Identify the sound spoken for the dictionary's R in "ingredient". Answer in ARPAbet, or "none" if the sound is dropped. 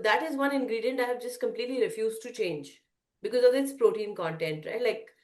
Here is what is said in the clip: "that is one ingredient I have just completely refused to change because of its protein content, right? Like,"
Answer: R